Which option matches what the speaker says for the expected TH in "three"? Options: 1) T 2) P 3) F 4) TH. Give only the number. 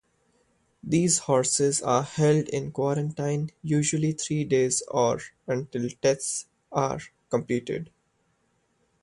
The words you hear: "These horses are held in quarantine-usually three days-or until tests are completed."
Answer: 1